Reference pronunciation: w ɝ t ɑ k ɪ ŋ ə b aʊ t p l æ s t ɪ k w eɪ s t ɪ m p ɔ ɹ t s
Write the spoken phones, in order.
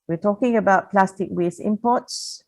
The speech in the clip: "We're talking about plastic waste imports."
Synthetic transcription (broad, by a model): w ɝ t ɑ k ɪ ŋ ə b aʊ t p l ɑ s t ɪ k w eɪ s ɪ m p ɔ t s